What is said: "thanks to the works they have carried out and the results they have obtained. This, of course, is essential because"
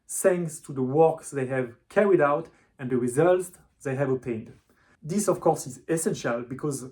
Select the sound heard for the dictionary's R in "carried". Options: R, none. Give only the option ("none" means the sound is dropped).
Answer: R